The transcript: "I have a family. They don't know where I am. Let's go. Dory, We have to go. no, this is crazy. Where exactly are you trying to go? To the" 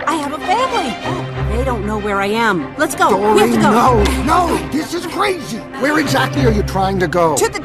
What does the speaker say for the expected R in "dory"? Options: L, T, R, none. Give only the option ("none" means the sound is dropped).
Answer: none